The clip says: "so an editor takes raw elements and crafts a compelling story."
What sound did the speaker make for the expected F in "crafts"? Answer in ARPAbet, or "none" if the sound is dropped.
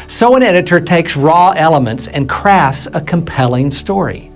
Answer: F